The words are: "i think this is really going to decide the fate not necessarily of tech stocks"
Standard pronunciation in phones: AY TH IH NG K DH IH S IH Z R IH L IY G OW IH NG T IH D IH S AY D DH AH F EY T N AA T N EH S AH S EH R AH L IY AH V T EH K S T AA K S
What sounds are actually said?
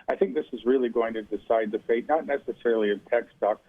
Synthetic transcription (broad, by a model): AY TH IH NG K DH IH S IH Z R IH L IY G OW IH NG T IH D IH S AY D DH AH F EY T N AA T N EH S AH S EH R L IY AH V T EH K S T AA K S